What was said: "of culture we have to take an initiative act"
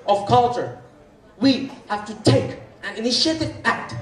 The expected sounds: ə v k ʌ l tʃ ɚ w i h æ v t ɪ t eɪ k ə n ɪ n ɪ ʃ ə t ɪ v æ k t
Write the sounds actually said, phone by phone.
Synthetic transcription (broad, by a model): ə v k ʌ l tʃ ɚ w i h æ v t ɪ t eɪ k ə n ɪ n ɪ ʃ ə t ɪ b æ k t